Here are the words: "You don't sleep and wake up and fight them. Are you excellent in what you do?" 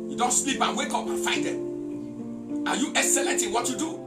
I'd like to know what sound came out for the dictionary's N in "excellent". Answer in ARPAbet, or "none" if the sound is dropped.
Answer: none